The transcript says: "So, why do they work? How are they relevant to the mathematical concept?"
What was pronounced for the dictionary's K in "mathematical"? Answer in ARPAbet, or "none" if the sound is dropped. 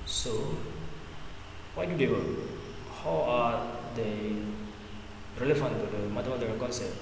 none